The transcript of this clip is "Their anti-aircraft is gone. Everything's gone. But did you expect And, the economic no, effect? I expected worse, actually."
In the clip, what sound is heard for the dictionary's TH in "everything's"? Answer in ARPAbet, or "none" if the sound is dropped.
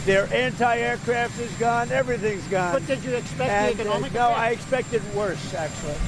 TH